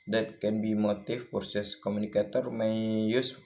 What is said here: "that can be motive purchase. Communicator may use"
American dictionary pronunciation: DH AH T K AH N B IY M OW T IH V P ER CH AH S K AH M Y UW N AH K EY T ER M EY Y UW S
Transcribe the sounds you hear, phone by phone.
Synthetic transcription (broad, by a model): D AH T K AH N B IY M OW T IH F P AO S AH S K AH M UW N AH K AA T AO M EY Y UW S